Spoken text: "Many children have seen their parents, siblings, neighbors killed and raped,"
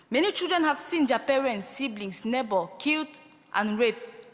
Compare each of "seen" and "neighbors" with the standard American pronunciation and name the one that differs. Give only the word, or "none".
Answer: neighbors